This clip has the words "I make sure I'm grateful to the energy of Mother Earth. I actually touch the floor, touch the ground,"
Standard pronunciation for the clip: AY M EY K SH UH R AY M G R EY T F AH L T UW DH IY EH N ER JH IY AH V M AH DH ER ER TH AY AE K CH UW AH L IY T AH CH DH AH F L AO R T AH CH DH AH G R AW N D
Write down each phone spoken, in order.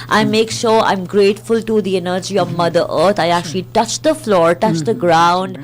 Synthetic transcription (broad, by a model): AY M EY K SH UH R AY M G R EY T F AH L T UW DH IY EH N ER JH IY AH V M AH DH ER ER T AY AE K CH UW AH L IY T AH CH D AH F L AO R T AH CH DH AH G R AW N D